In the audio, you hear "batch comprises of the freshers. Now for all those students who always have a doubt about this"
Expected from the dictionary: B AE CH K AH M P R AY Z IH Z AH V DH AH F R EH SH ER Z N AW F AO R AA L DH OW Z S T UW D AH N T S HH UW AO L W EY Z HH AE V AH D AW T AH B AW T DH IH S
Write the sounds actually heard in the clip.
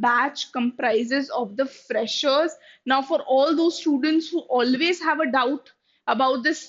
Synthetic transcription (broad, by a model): B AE CH K AH M P R AY Z IH Z AH V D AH F R EH SH ER Z N AW F AO R AA L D OW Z S T UW D AH N T S HH UW AO L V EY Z HH AE V AH D AW T AH B AW T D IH S